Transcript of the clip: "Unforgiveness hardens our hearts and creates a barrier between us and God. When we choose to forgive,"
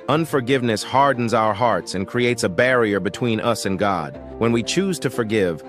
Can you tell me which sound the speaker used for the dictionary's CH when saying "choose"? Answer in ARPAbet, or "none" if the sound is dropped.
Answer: CH